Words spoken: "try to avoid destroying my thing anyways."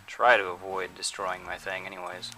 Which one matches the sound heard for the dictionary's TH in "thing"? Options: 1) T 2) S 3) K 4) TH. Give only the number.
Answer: 4